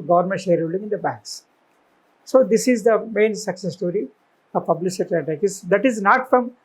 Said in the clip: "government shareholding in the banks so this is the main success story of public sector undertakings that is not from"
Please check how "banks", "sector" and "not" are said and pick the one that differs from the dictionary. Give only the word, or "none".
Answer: sector